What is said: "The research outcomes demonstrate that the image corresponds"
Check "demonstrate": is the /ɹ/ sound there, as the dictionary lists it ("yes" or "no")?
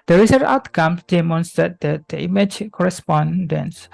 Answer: no